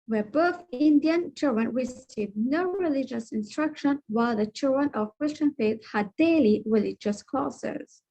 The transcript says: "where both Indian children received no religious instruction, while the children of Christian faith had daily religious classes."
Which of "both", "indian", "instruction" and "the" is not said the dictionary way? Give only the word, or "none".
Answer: none